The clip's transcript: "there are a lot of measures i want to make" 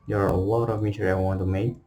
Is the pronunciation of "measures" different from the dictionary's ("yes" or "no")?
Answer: yes